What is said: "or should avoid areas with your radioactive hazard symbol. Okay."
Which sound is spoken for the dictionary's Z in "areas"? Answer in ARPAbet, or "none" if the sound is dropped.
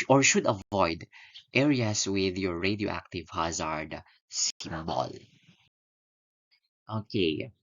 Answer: S